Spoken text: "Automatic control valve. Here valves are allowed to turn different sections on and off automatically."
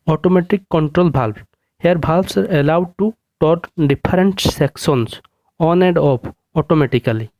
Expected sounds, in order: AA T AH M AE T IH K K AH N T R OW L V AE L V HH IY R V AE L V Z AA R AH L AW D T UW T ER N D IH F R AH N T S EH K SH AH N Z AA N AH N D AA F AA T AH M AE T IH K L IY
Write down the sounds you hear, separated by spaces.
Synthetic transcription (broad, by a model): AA T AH M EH T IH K K AH N T R OW L B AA L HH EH R B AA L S AA R AH L AW D T UW T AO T D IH P R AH N T S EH K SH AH N S AA N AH D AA P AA T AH M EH T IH K L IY